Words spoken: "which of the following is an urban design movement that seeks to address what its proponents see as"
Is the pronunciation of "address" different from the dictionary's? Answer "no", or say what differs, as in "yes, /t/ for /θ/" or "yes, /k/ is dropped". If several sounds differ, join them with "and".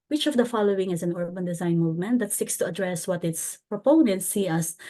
no